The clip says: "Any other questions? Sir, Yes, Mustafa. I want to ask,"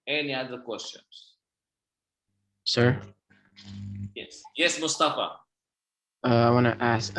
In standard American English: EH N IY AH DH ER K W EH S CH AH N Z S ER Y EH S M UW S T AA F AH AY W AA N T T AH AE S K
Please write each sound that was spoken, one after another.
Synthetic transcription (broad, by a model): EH N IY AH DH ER K W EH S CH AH N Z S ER Y EH S M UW S T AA F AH AY W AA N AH T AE S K